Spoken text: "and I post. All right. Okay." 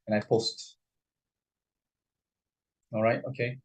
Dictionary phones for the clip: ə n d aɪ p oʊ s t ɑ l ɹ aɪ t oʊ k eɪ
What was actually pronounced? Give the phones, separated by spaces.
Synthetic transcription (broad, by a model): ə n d aɪ p oʊ s t ɑ l ɹ aɪ t oʊ k eɪ